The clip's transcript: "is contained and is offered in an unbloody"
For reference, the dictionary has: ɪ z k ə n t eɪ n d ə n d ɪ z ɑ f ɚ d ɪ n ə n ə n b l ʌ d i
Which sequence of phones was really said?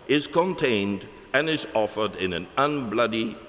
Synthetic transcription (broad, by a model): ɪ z k ə n t eɪ n d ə n ɪ z ɑ f ɚ d ɪ n ə n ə n b l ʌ d i